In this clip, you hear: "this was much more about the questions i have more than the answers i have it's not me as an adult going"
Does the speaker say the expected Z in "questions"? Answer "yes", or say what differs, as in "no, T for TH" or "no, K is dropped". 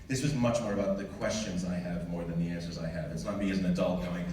yes